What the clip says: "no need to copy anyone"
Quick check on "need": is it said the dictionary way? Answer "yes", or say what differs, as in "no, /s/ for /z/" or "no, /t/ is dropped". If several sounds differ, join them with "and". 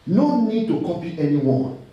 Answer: yes